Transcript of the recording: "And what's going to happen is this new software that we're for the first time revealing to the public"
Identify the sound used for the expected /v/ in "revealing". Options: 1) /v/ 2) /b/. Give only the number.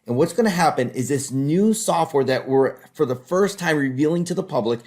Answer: 1